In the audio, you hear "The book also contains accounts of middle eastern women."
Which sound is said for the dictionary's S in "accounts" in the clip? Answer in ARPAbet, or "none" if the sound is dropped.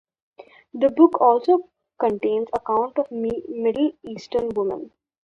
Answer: none